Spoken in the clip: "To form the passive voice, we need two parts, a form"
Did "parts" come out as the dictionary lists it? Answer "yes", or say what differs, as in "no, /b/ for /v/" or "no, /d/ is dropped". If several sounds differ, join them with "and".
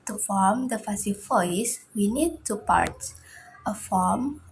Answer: no, /s/ is dropped